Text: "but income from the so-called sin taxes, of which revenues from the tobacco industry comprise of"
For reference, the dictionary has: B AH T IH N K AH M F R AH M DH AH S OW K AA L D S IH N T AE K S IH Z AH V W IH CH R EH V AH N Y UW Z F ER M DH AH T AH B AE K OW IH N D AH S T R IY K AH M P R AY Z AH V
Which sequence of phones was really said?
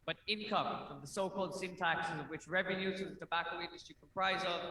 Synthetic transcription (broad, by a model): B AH T IH N K AH M F R AH M DH AH S OW K AA L D S IH N T AE K S IH Z AH V W IH CH R EH V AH N Y UW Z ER DH AH T AH B AE K OW IH N D AH S T R IY K AH M P R AY Z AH